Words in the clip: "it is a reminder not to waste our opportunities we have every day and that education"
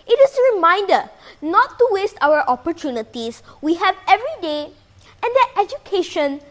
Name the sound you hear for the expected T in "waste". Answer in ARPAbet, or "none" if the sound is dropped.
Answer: T